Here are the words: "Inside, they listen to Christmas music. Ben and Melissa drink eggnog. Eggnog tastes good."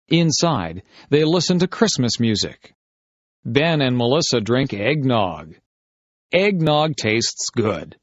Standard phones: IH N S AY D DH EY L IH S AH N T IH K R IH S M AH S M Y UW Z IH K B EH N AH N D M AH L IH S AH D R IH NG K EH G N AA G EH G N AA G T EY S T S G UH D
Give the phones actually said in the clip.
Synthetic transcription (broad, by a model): IH N S AY D DH EY L IH S AH N T IH K R IH S M AH S M Y UW Z IH K B EH N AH N M AH L IH S AH D R IH NG K EH G N AA G EH G N AA G T EY S T S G UH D